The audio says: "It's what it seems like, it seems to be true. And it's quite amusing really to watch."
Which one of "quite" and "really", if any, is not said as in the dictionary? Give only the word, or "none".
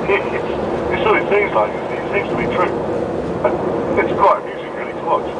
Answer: quite